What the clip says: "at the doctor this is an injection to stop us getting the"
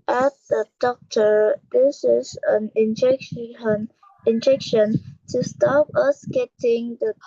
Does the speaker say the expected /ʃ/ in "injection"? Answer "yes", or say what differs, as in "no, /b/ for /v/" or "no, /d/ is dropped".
yes